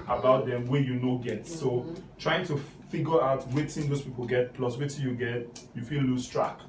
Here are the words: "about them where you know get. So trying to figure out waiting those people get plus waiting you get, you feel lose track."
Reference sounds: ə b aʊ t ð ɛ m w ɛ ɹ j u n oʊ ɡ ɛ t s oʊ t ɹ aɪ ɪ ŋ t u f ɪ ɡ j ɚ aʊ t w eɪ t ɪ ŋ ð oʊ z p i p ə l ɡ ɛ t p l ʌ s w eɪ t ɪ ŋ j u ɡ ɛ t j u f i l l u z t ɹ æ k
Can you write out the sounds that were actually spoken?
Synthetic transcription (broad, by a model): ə b aʊ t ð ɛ m w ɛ j u n oʊ ɡ ɛ t s oʊ t ɹ aɪ ɪ ŋ t u f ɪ ɡ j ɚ aʊ t w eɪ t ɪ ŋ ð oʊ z p i p ə l ɡ ɛ t p l ʌ s w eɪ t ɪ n j u ɡ ɛ t j u f i l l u s t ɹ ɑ k